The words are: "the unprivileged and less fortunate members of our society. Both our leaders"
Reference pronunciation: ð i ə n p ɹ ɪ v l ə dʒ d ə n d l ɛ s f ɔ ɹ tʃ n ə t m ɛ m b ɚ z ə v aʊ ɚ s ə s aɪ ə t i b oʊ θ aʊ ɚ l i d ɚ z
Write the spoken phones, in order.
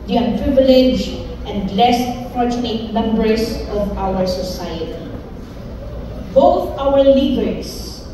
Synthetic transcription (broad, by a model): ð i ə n p ɹ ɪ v l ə dʒ ə n d l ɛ s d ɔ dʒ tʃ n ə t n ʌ m b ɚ s ə v aʊ ɚ s ə s aɪ ə t i b oʊ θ aʊ ɚ l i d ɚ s